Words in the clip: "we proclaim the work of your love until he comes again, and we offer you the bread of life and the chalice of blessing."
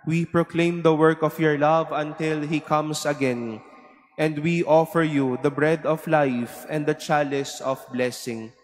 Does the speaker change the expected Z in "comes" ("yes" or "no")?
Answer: yes